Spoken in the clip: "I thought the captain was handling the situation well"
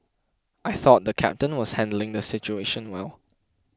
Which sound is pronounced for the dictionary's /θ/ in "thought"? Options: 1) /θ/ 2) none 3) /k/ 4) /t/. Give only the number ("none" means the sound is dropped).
1